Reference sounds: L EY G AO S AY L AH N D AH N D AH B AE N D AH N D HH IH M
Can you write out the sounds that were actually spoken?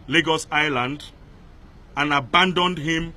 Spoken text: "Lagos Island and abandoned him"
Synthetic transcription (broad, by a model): L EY G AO S AY L AH N D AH N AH B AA N D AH N D HH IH M